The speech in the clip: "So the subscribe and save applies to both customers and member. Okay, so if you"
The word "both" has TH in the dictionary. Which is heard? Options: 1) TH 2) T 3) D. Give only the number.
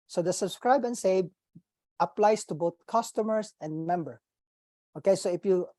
2